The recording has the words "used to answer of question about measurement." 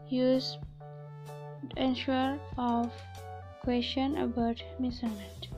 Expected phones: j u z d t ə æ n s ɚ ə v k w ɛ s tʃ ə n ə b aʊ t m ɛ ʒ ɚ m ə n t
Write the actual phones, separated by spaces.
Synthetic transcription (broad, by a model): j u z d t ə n ʃ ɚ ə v k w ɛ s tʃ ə n ə b aʊ t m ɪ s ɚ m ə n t